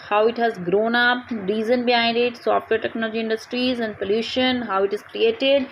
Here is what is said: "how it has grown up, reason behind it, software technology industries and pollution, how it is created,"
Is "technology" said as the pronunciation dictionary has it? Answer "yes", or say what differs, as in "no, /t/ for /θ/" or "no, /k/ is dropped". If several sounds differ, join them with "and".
yes